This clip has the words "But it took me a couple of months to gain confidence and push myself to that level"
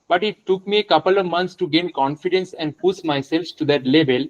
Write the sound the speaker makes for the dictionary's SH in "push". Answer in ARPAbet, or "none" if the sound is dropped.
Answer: S